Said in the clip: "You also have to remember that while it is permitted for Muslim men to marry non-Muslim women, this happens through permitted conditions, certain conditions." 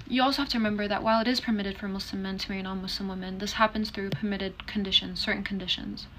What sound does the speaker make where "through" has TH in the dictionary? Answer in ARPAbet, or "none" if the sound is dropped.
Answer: TH